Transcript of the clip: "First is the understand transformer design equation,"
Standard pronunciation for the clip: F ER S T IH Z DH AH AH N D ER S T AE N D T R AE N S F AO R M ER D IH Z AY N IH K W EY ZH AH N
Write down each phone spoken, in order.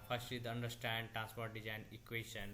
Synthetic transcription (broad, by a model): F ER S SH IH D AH AH N D ER S T AE N D T R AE N S P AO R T D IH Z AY N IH K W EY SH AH N